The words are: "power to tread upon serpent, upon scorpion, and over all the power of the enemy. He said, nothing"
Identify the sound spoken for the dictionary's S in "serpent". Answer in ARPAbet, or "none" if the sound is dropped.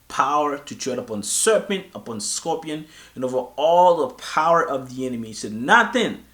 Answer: S